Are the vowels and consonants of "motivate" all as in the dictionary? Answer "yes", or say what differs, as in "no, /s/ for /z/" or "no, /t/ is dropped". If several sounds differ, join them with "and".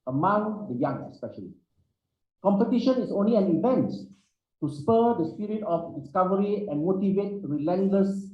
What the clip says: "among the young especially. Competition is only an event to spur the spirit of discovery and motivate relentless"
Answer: yes